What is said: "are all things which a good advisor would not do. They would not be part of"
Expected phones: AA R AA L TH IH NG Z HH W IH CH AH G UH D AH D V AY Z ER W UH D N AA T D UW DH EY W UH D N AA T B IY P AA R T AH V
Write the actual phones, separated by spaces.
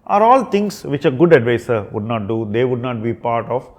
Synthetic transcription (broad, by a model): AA R AA L T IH NG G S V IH CH AH G UH D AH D V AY S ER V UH D N AA T D UW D EY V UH D N AA T B IY P AA R T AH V